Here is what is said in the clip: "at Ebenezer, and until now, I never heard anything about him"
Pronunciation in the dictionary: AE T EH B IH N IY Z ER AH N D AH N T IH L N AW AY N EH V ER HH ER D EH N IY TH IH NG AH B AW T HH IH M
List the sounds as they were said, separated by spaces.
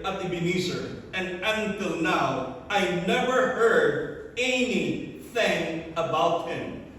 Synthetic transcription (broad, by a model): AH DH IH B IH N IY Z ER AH N AH N T IH L N AW AY N EH V ER HH ER D EH N IY TH IH NG AH B AW T HH IH M